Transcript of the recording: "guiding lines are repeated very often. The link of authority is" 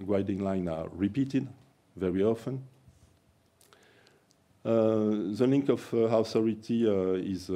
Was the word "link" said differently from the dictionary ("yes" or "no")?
no